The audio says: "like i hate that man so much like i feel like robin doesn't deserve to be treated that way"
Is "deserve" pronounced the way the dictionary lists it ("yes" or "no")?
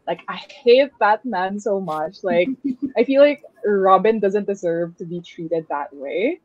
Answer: yes